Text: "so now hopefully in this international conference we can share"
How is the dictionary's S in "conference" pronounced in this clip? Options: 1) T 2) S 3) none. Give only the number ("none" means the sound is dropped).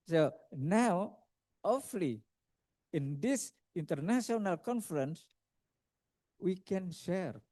2